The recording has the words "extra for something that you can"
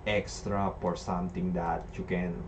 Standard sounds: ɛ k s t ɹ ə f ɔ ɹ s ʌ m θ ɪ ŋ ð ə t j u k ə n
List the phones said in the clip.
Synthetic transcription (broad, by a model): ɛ k s t ɹ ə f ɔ ɹ s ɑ m t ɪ ŋ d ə t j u k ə n